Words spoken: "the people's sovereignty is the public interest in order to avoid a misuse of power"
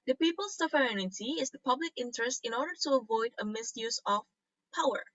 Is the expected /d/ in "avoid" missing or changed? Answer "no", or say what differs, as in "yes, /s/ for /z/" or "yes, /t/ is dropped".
no